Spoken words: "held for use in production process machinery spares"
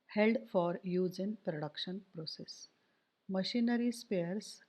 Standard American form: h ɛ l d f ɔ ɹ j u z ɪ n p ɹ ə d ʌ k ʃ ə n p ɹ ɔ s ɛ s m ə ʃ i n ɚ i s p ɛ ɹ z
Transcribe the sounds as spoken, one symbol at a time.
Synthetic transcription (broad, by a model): h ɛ l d f ɔ ɹ j u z ɪ n p ɹ ə d ʌ k ʃ ə n p ɹ ɔ s ɛ s m ə ʃ i n ɚ i s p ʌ ɹ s